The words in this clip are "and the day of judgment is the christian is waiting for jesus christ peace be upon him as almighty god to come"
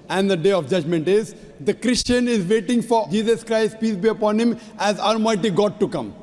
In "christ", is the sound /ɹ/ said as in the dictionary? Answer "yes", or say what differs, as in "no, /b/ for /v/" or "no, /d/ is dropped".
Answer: yes